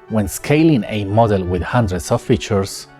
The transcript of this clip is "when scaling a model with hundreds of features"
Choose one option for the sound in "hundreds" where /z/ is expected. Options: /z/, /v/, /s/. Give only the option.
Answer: /s/